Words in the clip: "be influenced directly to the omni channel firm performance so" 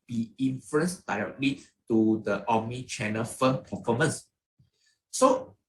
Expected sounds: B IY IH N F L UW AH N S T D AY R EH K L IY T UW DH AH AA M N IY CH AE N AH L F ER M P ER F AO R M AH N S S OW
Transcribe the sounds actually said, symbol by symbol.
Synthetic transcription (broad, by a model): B IY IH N F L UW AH N S D AY R EH K L IY T UW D AH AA M IY CH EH N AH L F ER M P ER F AO M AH N S S OW